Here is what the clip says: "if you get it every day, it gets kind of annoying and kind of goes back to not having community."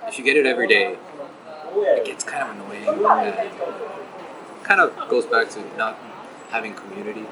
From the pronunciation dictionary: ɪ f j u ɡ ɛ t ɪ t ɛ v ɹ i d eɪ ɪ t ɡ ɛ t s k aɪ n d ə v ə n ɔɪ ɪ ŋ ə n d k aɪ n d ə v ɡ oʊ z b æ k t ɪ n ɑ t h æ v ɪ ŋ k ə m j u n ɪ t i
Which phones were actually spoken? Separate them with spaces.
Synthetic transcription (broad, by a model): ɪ f j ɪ ɡ ɛ t ɪ t ɛ v ɹ i d eɪ ɪ t ɡ ɛ t s k aɪ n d ə v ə n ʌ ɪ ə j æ k aɪ n d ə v ɡ oʊ z b æ k t ɪ n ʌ t h æ v ɪ ŋ k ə m j u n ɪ t i